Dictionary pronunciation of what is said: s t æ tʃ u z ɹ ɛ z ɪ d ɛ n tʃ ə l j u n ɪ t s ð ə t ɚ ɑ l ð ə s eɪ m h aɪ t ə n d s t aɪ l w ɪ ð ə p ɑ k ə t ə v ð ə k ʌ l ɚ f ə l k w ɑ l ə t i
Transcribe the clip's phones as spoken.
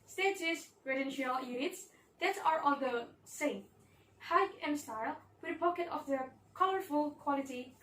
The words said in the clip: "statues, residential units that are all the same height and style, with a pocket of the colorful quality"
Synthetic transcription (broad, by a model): s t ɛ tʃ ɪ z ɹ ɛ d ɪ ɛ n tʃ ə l j u n ɪ t s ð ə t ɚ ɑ n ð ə s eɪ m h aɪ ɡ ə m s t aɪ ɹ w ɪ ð ə p ɑ k ə t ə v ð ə k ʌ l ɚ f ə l k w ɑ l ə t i